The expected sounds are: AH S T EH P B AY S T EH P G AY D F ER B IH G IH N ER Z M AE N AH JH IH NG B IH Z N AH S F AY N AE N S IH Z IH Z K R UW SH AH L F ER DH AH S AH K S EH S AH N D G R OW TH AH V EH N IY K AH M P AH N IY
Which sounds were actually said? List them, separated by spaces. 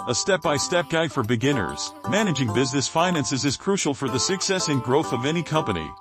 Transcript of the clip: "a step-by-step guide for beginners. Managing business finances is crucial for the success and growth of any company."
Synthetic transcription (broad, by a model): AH S T EH P B AY S T EH P G AY D F ER B IH G IH N ER Z M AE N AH JH IH NG B IH Z N AH S F AY N AE N S IH Z IH Z K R UW SH L F ER DH AH S AH K S EH S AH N G R OW TH AH V EH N IY K AH M P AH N IY